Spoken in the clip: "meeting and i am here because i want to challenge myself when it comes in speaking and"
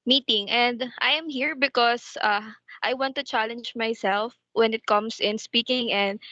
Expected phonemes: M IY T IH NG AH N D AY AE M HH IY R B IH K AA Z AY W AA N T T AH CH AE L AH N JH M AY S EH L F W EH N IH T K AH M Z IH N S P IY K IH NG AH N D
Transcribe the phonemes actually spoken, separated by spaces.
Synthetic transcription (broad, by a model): M IY T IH NG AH N D AY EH M HH IY R B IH K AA S AY W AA N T T AH CH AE L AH N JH M AY S EH L F W EH N IH T K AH M S IH N S P IY K IH NG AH N D